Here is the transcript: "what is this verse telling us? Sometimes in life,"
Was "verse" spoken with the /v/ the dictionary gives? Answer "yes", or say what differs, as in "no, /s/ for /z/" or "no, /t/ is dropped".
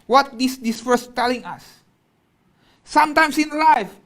no, /f/ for /v/